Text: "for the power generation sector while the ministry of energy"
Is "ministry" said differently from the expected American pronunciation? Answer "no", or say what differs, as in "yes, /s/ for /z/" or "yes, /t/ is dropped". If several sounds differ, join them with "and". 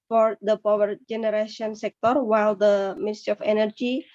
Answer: yes, /ɹ/ is dropped